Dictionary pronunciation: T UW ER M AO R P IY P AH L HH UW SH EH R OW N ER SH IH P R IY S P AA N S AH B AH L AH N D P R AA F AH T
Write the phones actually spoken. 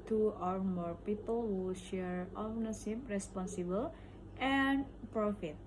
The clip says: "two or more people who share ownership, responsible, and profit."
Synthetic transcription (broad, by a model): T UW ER M AO R P IY P AH L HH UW SH EH R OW N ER S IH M R IY S P AA N S AH B AH L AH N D P R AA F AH T